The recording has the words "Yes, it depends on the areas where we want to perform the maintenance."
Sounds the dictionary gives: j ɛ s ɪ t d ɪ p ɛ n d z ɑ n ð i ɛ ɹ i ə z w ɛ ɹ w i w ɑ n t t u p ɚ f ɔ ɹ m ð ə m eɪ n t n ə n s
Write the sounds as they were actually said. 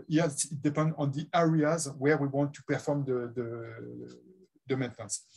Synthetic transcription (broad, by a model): j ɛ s ɪ t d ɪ p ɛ n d ɑ n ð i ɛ ɹ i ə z w ɛ ɹ w i w ɑ n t t u p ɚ f ɔ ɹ m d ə m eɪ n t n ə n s